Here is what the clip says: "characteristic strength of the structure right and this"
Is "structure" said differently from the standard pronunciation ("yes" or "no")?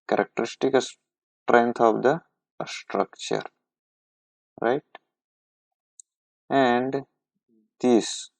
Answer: no